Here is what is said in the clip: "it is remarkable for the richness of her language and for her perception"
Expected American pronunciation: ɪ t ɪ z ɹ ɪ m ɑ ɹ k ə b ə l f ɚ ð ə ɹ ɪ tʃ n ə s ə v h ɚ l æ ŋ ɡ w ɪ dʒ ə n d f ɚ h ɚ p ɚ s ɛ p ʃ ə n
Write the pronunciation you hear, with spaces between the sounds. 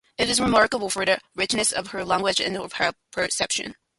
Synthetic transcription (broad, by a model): ɪ t ɪ z ɹ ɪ m ɑ ɹ k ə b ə l f ɚ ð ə ɹ ɪ tʃ n ə s ə v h ɚ l æ ŋ ɡ w ɪ dʒ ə n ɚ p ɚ p ɚ s ɛ p ʃ ə n